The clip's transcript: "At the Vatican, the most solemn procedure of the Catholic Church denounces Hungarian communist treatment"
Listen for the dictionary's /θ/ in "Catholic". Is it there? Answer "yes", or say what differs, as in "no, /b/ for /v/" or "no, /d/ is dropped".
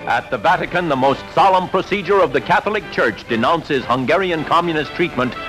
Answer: yes